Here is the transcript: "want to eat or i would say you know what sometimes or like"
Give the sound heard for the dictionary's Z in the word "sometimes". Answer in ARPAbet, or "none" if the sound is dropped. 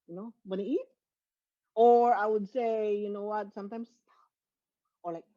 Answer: S